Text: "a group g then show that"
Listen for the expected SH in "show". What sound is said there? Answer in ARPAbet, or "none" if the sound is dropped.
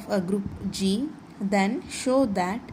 SH